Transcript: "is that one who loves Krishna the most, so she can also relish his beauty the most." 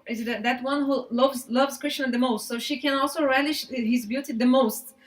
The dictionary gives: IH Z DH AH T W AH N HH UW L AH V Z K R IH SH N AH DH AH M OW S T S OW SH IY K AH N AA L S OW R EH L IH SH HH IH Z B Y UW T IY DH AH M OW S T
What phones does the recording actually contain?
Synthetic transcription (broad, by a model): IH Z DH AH T W AH N HH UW L AH V Z K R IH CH N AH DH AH M OW S T S OW SH IY K AH N AA L S OW R EH L IH SH HH IH Z B Y UW T IY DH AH M OW S T